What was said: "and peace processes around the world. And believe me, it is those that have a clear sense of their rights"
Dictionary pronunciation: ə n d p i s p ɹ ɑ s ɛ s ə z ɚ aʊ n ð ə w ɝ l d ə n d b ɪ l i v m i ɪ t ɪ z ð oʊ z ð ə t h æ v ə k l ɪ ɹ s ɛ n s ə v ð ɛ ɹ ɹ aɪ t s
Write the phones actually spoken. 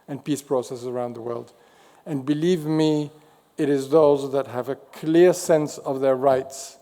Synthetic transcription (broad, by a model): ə n p i s p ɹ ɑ s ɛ s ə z ɚ aʊ n ð ə w ɝ l d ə n b ɪ l i v m i ɪ t ɪ z ð oʊ z ð ə t h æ v ə k l ɪ ɹ s ɛ n s ə v ð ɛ ɹ ɹ aɪ t s